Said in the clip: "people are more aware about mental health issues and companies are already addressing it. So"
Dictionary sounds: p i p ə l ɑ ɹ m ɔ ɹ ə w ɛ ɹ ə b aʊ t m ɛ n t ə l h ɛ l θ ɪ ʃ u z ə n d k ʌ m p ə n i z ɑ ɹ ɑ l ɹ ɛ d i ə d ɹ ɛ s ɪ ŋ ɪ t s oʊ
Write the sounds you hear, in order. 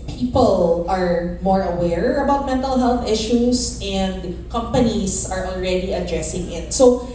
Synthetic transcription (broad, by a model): p i p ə l ɑ ɹ m ɔ ɹ ə w ɛ ɹ ə b aʊ t m ɛ n t ə l h ɛ l θ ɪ ʃ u s ə n d k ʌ m p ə n i s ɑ ɹ ɑ l ɹ ɛ d i ə d ɹ ɛ s ɪ ŋ ɪ t s oʊ